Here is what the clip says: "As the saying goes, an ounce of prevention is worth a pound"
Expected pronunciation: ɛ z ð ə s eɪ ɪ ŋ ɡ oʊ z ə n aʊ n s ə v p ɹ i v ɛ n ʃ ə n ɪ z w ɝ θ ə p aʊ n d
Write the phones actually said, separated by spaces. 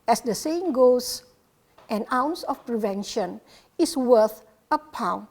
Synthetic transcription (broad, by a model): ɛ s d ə s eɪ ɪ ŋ ɡ oʊ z ə n aʊ n s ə f p ɹ i v ɛ n ʃ ə n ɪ s w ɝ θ ə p aʊ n